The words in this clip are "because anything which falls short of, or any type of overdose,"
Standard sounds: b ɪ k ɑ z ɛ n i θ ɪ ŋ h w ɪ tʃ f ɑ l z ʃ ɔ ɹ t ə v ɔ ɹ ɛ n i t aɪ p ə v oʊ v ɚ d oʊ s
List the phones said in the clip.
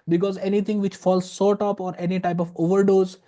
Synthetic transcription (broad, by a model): b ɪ k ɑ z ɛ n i t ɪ ŋ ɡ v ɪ tʃ f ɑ l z s ɔ ɹ t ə p ɔ ɹ ɛ n i t aɪ p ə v oʊ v ɚ d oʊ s